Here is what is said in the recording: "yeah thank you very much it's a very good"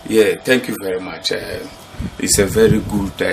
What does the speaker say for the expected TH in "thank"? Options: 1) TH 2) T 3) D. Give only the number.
2